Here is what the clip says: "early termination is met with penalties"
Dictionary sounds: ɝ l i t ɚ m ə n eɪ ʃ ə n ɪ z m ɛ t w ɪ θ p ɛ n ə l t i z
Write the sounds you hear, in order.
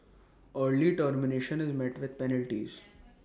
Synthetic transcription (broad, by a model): ɝ l i t ɚ m ə n eɪ ʃ ə n ɪ z m ɛ t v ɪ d p ɛ n ə l t i z